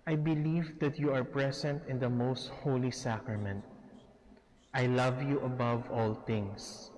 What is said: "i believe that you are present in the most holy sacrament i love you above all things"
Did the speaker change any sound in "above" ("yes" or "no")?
no